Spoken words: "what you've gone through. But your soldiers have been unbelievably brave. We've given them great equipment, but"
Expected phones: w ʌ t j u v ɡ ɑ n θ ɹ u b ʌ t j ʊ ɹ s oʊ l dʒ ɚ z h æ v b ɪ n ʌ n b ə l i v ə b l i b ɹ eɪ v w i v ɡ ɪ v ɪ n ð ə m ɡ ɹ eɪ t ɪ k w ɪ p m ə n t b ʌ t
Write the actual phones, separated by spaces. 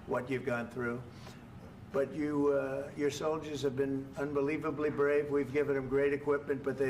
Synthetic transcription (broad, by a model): w ʌ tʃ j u v ɡ ɑ n θ ɹ u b ʌ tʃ j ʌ ɹ s oʊ l dʒ ɚ z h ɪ v b ɪ n ʌ n b ə l i v ə b l i b ɹ eɪ v w i v ɡ ɪ v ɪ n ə m ɡ ɹ eɪ t ɪ k w ɪ p m ə n t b ʌ t